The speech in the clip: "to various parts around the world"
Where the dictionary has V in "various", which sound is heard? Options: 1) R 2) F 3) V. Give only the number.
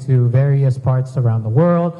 3